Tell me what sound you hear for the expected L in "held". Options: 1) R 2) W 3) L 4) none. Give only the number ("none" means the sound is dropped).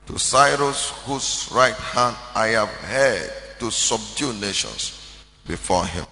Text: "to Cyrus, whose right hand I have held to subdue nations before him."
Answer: 4